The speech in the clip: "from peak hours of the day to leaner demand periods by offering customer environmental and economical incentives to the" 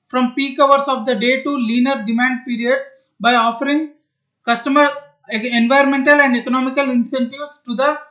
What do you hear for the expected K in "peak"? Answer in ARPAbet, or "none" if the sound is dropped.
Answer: K